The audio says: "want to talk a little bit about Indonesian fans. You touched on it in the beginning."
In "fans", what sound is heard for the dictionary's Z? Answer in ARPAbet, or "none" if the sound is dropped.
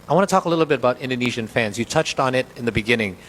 Z